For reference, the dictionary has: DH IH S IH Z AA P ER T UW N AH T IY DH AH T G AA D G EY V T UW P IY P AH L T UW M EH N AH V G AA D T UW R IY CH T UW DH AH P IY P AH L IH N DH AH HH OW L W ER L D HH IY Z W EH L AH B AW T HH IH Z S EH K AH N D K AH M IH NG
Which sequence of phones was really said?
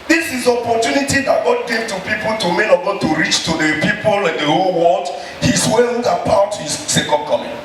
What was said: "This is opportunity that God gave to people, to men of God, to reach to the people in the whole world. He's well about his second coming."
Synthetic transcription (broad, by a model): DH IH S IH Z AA P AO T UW N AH T IY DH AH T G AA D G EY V T UW P IY P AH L T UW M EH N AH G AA T UW R IY CH T UW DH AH P IY P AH L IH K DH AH HH OW L W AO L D HH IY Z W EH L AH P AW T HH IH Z S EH K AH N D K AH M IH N